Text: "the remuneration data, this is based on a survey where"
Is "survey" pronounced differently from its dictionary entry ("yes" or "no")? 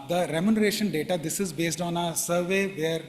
no